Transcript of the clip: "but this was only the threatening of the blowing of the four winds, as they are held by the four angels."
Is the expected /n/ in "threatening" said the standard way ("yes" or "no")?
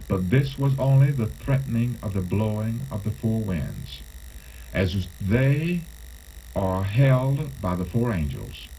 yes